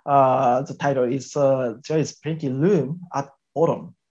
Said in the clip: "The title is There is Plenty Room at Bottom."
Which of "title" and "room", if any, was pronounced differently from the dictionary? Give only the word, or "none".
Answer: room